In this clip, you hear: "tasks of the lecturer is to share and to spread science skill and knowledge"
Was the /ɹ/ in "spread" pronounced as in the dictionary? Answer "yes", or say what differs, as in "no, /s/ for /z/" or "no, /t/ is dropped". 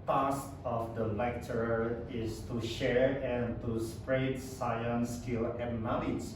yes